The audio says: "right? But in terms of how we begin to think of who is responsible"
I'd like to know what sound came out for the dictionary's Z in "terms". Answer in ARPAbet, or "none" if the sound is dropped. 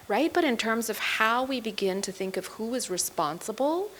Z